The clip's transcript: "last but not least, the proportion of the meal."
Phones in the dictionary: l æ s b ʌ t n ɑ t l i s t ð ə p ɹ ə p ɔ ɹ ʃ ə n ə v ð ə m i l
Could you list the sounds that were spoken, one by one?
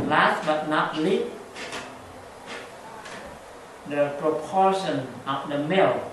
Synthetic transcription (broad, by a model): l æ s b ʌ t n ɑ t l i t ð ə p ɹ ə p ɔ ɹ ʃ ə n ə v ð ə m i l